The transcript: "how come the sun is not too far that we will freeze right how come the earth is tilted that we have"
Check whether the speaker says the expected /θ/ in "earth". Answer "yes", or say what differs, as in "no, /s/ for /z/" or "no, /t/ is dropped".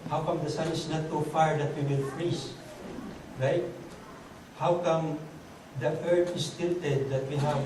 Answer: no, /t/ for /θ/